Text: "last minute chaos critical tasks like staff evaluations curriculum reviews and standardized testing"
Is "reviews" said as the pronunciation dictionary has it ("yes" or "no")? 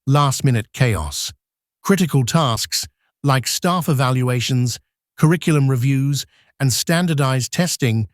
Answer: yes